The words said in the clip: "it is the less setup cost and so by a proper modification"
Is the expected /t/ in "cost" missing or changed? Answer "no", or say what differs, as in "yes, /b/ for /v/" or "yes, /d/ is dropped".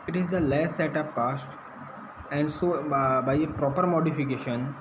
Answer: no